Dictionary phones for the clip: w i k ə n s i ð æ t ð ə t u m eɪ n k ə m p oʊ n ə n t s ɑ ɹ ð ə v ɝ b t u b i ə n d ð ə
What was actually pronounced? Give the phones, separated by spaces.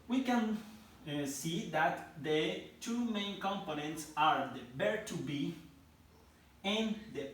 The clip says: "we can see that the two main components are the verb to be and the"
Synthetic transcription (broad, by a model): w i k ə n s i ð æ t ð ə t u m eɪ n k ə m p oʊ n ə n t s ɑ ɹ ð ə b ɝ t u b i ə n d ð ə